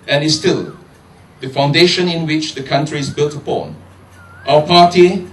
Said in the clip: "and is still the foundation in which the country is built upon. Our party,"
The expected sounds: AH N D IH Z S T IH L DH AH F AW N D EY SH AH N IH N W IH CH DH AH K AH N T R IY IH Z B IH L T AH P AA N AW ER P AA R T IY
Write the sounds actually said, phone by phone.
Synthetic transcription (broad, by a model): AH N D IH S T IH L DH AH F AW N D EY SH AH N IH N W IH CH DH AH K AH N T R IY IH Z B IH L T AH P AA N AW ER P AA T IY